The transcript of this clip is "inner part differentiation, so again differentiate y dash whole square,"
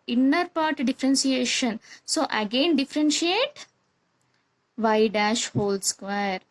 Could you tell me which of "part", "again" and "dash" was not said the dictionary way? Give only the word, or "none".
none